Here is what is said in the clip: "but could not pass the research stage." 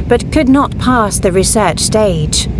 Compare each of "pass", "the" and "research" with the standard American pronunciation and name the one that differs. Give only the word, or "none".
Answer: none